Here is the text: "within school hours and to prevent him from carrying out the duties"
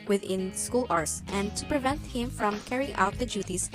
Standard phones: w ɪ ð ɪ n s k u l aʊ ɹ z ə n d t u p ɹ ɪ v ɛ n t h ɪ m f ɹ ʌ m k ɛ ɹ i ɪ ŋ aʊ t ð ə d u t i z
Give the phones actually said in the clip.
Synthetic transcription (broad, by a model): w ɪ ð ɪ n s k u l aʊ ɹ s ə n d t u p ɹ ɪ v ɛ n t h ɪ m f ɹ ʌ m k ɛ ɹ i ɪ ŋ aʊ t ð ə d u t i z